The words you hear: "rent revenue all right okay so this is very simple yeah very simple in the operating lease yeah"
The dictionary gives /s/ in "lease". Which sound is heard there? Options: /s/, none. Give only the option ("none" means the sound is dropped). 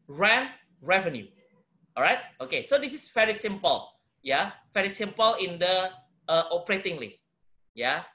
none